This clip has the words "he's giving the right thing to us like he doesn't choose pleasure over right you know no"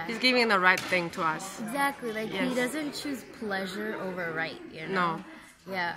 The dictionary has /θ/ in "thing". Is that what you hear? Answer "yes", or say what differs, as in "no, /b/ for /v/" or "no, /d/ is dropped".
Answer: yes